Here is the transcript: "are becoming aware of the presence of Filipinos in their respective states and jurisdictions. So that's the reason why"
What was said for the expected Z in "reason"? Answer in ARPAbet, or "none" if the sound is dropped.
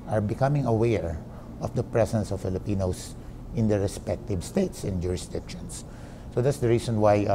S